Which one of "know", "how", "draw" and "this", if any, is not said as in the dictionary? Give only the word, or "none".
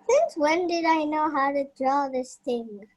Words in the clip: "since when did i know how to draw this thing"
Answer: none